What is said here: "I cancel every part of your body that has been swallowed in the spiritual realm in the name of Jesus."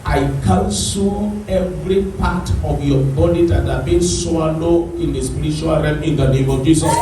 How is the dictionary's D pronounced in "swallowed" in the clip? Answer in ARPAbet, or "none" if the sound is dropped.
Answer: none